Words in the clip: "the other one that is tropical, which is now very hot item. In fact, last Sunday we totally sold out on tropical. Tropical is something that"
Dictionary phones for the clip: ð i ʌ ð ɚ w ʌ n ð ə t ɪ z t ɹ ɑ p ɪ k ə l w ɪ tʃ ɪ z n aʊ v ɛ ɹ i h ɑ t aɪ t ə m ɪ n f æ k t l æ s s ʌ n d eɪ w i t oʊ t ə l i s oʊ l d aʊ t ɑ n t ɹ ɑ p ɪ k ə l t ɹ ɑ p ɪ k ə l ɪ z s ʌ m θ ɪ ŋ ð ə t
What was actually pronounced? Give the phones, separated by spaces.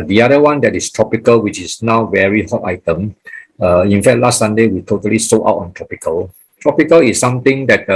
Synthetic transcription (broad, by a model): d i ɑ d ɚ w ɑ n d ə t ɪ s t ɹ ɑ p ɪ k ə l w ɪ tʃ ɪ s n aʊ v ɛ ɹ i h ɑ t aɪ t ə m ɪ n f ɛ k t l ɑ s s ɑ n d eɪ w i t oʊ t ə l i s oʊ aʊ t ɑ n t ɹ ɑ p ɪ k ə l t ɹ ɑ p ɪ k ə l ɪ s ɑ m t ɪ ŋ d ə t